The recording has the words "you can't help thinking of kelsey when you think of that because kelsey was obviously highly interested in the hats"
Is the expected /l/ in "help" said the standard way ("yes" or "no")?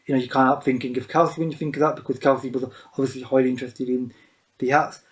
no